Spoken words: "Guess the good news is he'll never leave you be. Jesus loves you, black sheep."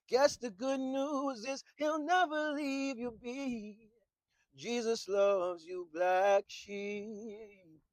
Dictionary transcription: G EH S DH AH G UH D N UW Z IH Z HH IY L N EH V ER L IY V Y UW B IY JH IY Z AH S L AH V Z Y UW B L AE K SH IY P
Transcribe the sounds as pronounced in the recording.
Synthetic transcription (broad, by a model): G EH S DH AH G UH D N UW Z IH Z HH IY L N EH V ER L IY V Y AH B IY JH IY Z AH S L AH V Z Y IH B L AE K SH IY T